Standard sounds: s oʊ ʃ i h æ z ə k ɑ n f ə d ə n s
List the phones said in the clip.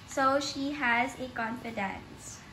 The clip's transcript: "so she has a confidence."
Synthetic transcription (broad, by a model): s oʊ ʃ i h æ z ə k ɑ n f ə d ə n s